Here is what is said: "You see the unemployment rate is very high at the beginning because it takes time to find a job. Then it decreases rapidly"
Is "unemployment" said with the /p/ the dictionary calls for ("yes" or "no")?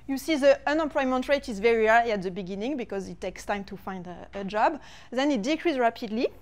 yes